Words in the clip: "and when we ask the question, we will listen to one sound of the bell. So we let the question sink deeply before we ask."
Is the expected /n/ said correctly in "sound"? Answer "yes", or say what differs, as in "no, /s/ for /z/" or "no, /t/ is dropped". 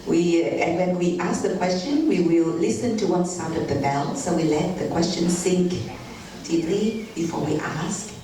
no, /n/ is dropped